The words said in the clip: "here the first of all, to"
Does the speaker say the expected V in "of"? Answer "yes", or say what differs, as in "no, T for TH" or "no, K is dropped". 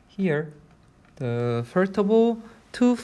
no, B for V